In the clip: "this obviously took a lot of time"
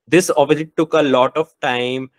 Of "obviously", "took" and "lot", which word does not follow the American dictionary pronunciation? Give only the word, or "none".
obviously